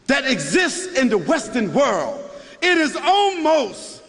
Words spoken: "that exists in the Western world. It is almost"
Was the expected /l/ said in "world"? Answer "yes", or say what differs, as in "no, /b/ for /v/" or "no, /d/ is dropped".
yes